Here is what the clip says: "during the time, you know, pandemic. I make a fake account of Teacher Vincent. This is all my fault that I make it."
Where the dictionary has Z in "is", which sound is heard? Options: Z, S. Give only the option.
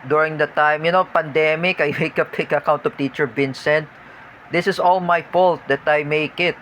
S